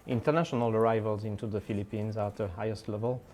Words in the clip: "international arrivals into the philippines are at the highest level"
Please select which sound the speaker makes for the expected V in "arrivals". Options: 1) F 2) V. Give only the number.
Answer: 2